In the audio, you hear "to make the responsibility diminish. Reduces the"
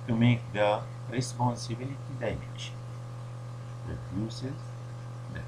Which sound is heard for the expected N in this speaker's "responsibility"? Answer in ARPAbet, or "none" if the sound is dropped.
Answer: N